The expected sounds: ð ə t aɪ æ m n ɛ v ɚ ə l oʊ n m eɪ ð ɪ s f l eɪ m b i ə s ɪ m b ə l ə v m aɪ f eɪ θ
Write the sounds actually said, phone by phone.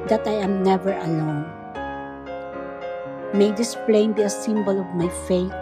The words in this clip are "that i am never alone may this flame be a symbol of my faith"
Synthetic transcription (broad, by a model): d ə t aɪ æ m n ɛ v ɚ ə l oʊ n m eɪ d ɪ s p l eɪ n b i ə s ɪ m b ə l ə v m aɪ f eɪ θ